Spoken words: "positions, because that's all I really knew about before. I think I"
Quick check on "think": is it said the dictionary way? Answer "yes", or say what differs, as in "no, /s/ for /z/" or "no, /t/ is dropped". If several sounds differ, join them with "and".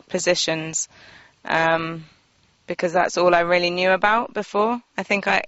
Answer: yes